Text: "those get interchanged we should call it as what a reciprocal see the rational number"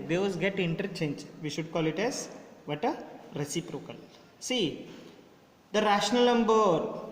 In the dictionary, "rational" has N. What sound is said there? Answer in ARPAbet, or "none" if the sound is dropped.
N